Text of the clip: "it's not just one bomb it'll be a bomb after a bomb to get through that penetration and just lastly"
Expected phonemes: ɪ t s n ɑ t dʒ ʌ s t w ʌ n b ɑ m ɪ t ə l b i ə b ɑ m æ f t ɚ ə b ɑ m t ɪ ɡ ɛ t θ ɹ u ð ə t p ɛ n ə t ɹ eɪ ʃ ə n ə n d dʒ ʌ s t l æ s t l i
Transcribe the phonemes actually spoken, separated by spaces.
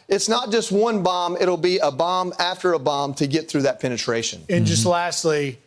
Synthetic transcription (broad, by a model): ɪ t s n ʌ t dʒ ʌ s t w ʌ n b ɑ m ɪ t l b i ə b ɑ m æ f t ɚ ə b ɑ m t ɪ ɡ ɛ t θ ɹ u ð ə t p ɛ n ə t ɹ eɪ ʃ ə n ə n dʒ ʌ s t l æ s t l i